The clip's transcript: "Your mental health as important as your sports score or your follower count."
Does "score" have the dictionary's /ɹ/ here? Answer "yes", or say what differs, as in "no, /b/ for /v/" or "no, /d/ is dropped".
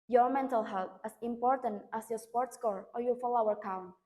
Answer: yes